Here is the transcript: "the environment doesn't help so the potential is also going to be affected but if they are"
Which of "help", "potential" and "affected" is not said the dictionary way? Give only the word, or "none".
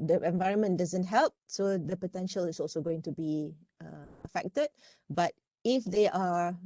none